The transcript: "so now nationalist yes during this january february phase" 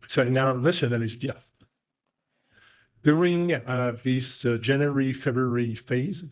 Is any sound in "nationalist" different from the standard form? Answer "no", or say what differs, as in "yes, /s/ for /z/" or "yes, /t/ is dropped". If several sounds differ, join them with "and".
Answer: yes, /l/ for /n/ and /s/ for /ʃ/ and /n/ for /l/